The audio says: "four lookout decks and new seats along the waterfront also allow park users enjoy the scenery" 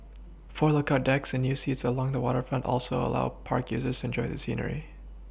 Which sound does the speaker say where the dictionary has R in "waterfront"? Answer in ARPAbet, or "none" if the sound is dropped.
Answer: R